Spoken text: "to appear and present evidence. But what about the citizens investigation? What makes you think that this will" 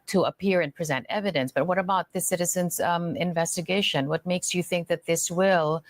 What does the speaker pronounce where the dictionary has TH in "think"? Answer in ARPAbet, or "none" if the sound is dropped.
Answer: TH